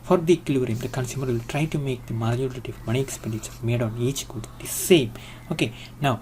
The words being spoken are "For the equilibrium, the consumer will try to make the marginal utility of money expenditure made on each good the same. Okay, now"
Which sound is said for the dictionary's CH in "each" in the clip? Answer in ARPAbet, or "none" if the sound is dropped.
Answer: CH